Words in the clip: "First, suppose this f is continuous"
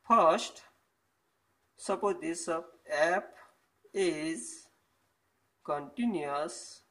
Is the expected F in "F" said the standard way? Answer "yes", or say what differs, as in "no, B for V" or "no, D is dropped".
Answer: no, P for F